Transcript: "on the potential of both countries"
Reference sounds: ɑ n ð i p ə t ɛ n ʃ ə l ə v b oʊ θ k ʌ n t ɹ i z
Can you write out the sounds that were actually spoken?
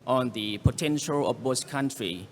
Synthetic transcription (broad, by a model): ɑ n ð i p ə t ɛ n ʃ ə l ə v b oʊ s k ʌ n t ɹ i